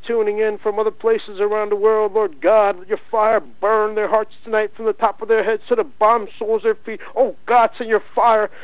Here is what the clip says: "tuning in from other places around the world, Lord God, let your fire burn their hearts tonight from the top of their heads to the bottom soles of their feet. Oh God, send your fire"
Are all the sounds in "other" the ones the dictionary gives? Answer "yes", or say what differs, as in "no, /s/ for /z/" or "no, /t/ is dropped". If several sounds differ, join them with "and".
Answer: yes